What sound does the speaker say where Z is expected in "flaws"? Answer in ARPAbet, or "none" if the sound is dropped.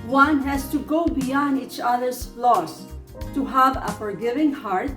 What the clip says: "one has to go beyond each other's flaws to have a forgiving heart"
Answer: S